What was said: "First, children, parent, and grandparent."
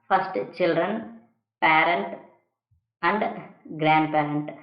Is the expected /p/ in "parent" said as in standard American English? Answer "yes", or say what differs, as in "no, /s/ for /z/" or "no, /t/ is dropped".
yes